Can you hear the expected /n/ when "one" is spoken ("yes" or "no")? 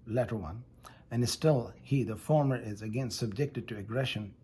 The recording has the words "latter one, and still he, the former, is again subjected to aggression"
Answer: yes